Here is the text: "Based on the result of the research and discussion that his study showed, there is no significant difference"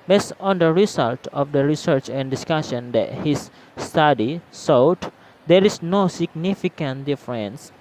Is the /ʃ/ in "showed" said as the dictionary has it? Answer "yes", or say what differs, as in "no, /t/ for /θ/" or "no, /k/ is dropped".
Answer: no, /s/ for /ʃ/